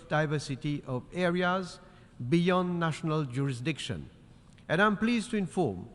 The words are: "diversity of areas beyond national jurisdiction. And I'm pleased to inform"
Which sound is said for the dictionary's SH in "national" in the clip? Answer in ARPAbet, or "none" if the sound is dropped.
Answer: SH